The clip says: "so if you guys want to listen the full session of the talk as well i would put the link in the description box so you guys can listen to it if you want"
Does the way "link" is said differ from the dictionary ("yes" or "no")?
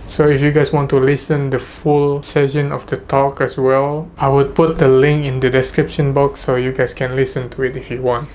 no